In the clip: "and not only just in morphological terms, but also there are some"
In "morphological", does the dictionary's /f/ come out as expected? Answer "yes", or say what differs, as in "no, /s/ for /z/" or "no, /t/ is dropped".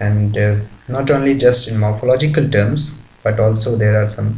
yes